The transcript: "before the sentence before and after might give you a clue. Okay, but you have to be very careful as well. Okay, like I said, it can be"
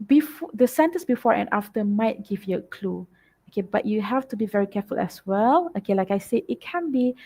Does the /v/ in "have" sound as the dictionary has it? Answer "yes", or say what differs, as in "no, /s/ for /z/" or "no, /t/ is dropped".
no, /f/ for /v/